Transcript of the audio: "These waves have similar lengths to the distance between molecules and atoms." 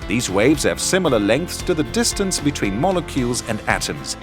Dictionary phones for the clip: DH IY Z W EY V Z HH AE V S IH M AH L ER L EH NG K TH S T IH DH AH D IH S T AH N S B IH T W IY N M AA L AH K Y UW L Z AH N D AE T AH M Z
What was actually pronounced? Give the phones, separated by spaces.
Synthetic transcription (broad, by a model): DH IY Z W EY V Z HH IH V S IH M L ER L EH NG K TH S T IH DH AH D IH S T AH N S B IH T W IY N M AA L AH K Y UW L Z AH N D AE T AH M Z